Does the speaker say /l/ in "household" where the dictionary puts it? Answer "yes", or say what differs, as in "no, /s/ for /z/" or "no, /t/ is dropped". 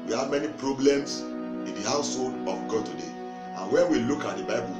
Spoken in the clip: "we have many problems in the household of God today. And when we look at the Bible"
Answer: yes